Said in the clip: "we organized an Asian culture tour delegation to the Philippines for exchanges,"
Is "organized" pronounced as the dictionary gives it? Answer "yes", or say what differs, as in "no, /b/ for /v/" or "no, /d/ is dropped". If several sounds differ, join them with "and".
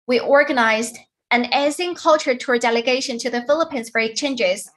yes